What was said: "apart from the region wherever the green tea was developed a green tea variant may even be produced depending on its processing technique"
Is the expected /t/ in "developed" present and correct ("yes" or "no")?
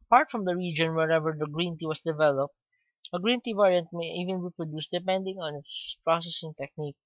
yes